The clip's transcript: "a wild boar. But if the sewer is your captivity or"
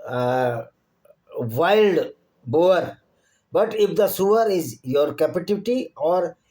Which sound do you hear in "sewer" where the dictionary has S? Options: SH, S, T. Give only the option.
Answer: S